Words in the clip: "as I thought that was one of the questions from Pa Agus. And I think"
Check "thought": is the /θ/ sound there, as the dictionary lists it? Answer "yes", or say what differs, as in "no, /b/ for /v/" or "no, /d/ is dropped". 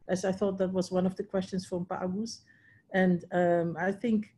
yes